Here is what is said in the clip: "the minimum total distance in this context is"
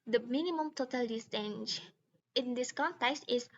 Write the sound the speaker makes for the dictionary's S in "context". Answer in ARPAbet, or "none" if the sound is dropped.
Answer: S